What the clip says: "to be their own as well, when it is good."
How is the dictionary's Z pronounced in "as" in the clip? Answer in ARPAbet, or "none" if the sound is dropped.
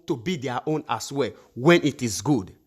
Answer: S